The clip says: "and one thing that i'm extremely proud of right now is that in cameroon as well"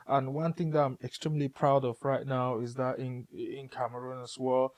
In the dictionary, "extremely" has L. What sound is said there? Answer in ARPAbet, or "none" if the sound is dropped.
L